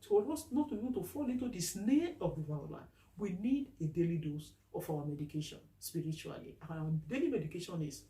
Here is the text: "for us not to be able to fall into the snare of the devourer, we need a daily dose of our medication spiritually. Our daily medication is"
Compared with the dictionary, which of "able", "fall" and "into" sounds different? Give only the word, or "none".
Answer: able